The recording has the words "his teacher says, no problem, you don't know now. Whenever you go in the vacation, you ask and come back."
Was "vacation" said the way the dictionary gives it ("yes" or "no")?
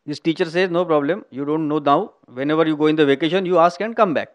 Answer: yes